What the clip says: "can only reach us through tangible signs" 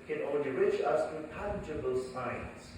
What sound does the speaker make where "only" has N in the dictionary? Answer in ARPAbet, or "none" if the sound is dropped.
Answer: none